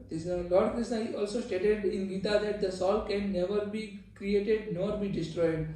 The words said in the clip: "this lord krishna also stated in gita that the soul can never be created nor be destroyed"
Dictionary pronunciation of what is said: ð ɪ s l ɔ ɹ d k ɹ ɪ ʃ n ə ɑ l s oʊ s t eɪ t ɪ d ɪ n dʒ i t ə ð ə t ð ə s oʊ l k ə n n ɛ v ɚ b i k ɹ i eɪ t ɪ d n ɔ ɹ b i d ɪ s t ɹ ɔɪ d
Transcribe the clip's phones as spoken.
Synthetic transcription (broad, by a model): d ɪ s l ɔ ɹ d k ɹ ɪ s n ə ɑ l s oʊ s t eɪ t ɪ d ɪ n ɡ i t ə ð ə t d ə s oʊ l k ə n n ɛ v ɚ b i k ɹ i eɪ t ɪ d n ɔ ɹ b i d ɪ s t ɹ ɔɪ d